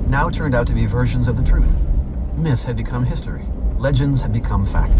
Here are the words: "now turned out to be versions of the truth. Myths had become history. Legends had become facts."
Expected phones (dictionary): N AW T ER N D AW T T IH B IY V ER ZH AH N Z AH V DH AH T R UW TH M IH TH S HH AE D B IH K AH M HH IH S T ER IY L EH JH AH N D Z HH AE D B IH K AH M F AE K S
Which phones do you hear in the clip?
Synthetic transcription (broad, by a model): N AW T ER N D AW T T IH B IY V ER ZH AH N Z AH V DH AH T R UW TH M IH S HH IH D B IH K AH M HH IH S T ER IY L EH JH AH N D Z HH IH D B IH K AH M F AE K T